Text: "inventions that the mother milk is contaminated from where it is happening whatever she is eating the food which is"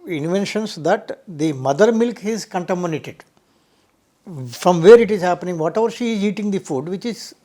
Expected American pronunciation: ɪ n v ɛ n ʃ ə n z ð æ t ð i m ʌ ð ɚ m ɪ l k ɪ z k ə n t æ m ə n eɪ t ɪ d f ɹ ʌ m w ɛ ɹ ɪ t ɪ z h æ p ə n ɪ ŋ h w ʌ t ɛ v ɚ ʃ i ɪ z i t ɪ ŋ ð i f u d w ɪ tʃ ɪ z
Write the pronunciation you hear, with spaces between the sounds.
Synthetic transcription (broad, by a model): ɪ n v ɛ n ʃ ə n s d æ t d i m ʌ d ɚ m ɪ l k ɪ z k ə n t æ m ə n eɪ t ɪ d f ɹ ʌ m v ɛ ɹ ɪ t ɪ z h æ p ə n ɪ ŋ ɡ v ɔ t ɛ v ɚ ʃ i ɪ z i t ɪ ŋ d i f u d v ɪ tʃ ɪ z